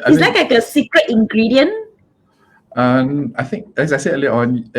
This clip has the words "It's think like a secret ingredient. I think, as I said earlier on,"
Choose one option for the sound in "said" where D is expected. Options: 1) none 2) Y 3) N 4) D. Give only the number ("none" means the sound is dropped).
1